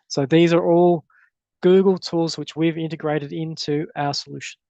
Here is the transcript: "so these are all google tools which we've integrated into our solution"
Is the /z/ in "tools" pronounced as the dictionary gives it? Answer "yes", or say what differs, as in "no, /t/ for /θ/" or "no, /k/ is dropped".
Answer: yes